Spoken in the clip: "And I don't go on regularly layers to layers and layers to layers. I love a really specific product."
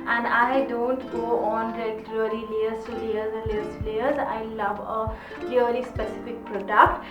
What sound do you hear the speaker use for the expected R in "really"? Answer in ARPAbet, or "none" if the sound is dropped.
L